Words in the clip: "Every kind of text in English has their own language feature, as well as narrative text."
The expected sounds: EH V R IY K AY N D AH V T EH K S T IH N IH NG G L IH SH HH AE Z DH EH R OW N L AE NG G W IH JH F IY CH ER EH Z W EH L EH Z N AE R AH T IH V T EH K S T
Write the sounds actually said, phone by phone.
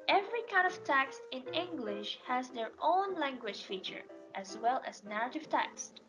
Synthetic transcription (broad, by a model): EH V R IY K AY N D AH V T EH K S T IH N IH NG G L IH SH HH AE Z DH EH R OW N L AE NG G W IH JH F IY CH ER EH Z W EH L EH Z N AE R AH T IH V T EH K S T